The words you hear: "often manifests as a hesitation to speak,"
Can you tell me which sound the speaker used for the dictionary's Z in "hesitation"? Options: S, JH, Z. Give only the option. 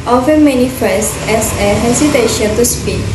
S